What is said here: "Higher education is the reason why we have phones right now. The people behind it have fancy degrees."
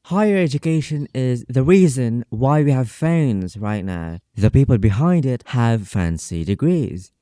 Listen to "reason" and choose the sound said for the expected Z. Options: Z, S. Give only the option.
Z